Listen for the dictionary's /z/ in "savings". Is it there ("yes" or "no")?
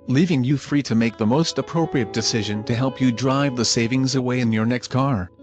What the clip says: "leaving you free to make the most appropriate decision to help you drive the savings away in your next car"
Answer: yes